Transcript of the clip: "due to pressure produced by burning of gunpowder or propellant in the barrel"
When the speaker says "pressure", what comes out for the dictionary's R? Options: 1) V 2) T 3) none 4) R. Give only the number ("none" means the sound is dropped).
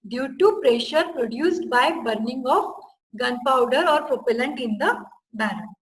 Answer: 4